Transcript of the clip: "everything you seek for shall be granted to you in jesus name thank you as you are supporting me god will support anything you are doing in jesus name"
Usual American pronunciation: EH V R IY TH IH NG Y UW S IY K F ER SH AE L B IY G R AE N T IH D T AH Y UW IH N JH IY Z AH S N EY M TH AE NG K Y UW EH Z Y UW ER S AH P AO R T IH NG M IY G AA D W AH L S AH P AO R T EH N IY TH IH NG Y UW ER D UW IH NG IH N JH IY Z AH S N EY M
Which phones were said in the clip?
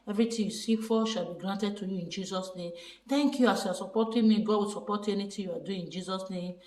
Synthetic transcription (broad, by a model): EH V R IY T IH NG Y UW S IY K F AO SH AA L B IY G R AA N T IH D T AH Y UW IH N JH IY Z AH S N EY M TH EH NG K Y UW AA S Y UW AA S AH P AO T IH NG M IY G AA D W AH L S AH P AO T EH N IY T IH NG Y UW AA D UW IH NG IH N JH IY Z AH S N EY M